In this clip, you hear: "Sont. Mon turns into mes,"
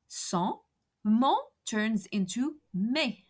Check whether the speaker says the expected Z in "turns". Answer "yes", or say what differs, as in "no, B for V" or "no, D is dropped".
yes